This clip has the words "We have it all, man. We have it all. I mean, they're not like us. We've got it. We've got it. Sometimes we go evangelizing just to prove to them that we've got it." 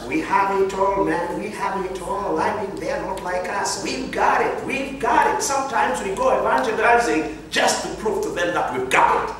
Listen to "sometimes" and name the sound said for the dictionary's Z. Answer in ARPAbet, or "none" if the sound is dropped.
Z